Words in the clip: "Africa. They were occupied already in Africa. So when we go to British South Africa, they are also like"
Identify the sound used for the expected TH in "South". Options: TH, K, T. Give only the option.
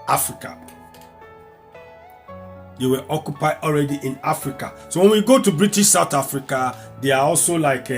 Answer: T